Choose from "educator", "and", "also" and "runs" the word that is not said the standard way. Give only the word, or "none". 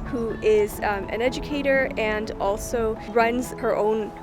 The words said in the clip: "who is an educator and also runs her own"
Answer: none